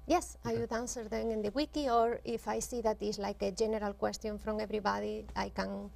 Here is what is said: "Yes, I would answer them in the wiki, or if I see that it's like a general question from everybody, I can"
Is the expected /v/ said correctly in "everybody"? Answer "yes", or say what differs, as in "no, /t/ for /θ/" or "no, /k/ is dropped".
no, /b/ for /v/